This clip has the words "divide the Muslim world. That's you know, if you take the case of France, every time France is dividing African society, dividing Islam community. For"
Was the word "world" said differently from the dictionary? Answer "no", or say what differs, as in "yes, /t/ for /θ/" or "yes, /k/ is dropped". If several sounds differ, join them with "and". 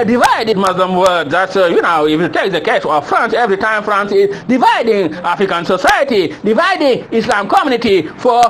yes, /l/ is dropped